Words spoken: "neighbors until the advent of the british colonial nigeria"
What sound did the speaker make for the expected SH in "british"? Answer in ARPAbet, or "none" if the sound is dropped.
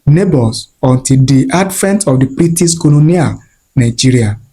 S